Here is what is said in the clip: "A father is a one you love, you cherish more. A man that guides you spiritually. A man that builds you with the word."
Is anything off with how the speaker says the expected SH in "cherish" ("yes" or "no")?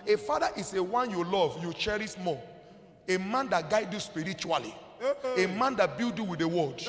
yes